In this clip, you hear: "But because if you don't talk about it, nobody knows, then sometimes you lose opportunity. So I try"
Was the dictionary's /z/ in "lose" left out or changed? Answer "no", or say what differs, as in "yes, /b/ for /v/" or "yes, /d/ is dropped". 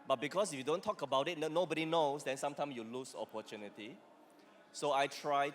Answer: yes, /s/ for /z/